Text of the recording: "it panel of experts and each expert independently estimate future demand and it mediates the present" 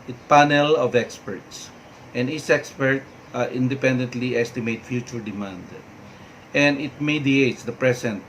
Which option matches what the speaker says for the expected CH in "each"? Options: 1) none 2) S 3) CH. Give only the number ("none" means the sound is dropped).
2